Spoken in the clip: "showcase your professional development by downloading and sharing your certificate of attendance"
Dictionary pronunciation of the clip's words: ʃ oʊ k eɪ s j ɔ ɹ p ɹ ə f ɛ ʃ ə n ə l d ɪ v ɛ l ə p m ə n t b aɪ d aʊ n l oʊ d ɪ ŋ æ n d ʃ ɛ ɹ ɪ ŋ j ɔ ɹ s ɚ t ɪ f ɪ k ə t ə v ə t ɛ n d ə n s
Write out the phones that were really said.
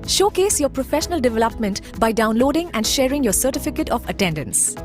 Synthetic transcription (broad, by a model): ʃ oʊ k eɪ s j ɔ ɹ p ɹ ə f ɛ ʃ ə n ə l d ɪ v ɛ l ə p m ə n t b aɪ d aʊ n l oʊ d ɪ ŋ æ n d ʃ ɛ ɹ ɪ ŋ j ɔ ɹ s ɚ t ɪ f ɪ k ə t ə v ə t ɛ n d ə n s